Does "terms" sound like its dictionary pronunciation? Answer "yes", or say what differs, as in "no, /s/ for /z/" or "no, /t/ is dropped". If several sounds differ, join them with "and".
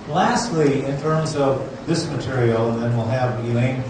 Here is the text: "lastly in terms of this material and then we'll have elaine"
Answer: yes